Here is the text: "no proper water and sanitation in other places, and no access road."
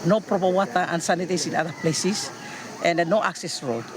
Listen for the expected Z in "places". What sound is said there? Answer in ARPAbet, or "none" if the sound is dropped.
S